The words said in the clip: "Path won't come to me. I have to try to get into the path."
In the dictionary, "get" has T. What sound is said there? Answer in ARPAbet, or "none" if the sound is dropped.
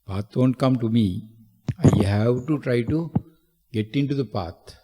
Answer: T